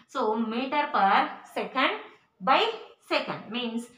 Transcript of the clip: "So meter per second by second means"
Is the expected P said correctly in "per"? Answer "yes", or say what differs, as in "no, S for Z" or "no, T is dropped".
yes